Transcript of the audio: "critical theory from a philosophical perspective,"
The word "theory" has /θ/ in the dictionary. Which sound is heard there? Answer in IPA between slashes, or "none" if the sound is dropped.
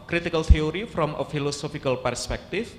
/t/